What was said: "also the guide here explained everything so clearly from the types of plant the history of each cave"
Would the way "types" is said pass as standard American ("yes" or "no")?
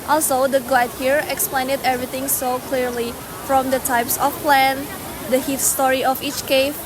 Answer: yes